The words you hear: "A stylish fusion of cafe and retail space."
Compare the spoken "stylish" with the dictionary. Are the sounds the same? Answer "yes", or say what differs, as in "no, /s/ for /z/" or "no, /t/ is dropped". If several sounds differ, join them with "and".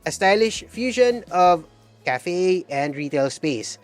yes